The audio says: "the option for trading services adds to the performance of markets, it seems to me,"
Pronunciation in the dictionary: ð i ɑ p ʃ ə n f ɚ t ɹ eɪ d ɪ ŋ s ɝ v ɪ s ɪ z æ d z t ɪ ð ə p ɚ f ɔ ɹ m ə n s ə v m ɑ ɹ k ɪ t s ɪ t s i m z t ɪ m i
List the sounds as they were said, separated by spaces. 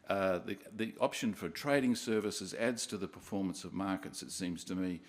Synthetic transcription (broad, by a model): ð i ɑ p ʃ ə n f ɚ t ɹ eɪ d ɪ ŋ s ɝ v ɪ s ɪ z æ d z t ɪ ð ə p ɚ f ɔ ɹ m ə n s ə v m ɑ ɹ k ɪ t s ɪ t s i m z t ɪ m i